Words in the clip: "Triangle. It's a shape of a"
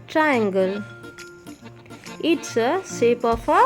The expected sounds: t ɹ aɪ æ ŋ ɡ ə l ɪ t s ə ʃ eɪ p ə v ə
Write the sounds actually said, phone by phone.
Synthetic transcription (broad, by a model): t ɹ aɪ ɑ ŋ ɡ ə l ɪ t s ə s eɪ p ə f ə